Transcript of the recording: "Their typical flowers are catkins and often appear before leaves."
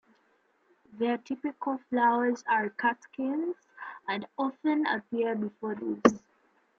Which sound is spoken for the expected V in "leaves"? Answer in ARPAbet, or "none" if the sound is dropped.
none